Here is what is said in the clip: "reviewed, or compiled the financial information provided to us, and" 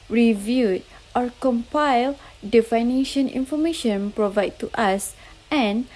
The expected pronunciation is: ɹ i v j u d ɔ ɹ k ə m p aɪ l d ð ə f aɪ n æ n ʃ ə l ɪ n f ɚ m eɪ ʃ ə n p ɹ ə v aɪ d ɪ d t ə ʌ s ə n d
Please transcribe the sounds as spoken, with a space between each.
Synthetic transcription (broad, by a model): ɹ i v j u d ɔ ɹ k ə m p aɪ l d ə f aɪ n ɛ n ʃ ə n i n f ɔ m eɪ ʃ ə n p ɹ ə v aɪ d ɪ t ə s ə n